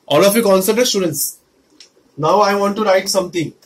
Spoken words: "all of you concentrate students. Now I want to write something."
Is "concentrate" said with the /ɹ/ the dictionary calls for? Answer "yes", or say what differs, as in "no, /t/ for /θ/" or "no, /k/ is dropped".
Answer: no, /ɹ/ is dropped